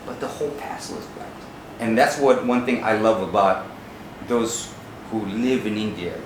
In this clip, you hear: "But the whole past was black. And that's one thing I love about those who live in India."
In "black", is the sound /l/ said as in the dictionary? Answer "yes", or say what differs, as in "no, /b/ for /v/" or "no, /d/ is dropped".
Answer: no, /l/ is dropped